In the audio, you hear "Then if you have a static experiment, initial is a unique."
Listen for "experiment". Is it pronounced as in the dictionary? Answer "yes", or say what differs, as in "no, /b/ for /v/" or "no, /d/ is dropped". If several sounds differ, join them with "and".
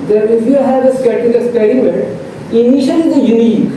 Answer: no, /k/ is dropped